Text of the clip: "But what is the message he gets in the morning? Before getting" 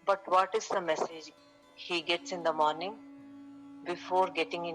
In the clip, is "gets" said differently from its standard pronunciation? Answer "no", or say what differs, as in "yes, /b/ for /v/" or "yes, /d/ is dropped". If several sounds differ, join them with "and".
no